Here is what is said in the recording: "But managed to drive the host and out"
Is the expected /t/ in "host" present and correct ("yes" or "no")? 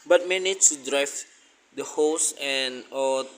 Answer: no